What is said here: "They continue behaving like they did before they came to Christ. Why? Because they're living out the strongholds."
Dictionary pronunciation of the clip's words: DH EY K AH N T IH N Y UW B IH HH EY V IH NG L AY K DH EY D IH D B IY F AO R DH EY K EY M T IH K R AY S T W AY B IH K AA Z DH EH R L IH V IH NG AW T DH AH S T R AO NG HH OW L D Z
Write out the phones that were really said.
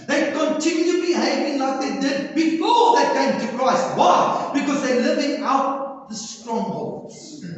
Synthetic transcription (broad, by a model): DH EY K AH N T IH N Y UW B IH HH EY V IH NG L AY K DH EY D IH D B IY F AO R DH EY K EY M T IH K R AY S T W AY B IH K AA Z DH EH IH L IH V IH NG AW T DH AH S T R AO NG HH OW L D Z